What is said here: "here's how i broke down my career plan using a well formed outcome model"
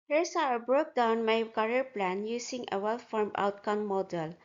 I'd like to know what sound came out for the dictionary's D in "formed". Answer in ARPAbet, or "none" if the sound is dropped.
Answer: none